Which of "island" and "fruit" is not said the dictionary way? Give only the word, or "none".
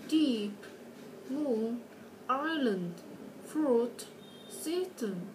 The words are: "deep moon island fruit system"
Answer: none